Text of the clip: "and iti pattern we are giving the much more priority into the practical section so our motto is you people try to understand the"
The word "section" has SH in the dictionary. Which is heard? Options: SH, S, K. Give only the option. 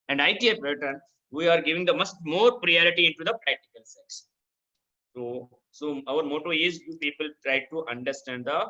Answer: S